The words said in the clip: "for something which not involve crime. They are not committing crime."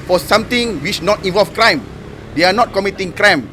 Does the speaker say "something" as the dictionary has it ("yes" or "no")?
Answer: no